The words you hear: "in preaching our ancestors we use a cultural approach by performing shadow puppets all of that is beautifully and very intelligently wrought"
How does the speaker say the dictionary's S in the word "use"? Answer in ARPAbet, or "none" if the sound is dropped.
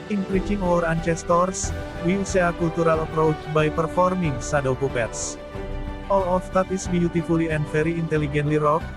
none